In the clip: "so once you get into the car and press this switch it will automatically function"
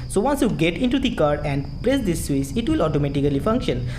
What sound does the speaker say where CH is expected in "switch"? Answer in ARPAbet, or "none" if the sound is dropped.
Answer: S